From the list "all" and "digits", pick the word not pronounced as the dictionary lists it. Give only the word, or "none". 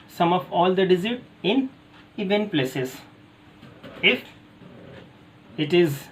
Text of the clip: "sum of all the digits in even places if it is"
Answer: digits